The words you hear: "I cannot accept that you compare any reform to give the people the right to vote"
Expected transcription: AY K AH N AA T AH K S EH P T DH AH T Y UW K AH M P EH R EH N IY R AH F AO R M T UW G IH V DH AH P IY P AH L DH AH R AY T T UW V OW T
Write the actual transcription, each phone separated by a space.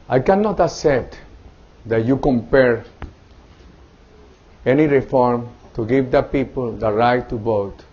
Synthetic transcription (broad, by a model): AY K AH N AA T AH S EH T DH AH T Y UW K AH M P EH R EH N IY R AH F AO R M T UW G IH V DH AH P IY P AH L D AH R AY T T UW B OW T